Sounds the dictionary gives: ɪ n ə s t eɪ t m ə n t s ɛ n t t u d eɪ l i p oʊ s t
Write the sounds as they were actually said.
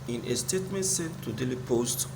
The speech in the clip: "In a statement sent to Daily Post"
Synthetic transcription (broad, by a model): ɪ n ə s t eɪ t m ə n t s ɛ t t u d eɪ l i p oʊ s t